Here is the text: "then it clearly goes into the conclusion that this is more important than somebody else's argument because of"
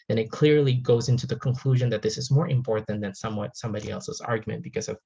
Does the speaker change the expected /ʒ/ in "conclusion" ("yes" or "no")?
no